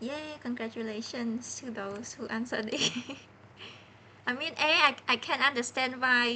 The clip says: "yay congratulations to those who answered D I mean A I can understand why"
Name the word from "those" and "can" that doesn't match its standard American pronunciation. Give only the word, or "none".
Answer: those